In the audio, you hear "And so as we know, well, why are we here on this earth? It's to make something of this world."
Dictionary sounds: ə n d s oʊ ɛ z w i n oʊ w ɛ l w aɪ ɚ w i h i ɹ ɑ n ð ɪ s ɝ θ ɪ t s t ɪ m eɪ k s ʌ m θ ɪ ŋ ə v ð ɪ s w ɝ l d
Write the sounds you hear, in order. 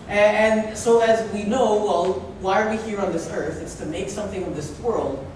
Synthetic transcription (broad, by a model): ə n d s oʊ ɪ z w i n oʊ w ɛ l w aɪ ɚ w i h i ɹ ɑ n ð ɪ s ɝ θ ɪ t s t ɪ m eɪ k s ʌ m θ ɪ ŋ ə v ð ɪ s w ɝ l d